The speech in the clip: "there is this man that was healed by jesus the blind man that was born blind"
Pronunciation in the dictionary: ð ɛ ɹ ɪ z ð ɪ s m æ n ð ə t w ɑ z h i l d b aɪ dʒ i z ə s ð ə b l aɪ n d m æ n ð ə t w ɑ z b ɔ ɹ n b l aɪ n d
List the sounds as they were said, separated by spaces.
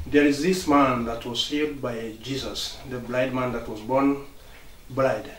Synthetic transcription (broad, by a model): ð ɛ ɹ ɪ z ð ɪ s m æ n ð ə t w ɑ z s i d b aɪ dʒ i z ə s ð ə b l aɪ d m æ n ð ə t w ɑ z b ɔ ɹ n b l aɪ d